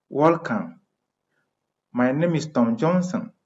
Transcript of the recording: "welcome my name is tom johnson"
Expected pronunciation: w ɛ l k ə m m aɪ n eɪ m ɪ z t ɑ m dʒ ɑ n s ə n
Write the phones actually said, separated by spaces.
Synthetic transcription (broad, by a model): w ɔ l k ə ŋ m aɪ n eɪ m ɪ s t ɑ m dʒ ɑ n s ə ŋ